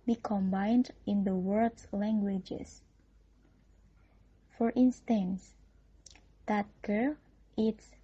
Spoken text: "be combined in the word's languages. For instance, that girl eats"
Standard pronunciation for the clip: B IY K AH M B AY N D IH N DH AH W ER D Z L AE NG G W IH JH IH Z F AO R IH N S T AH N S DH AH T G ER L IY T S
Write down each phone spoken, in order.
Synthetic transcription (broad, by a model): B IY K AH M B AY N D IH N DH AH W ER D S L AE NG G W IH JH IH S F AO R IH N S T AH N S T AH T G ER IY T S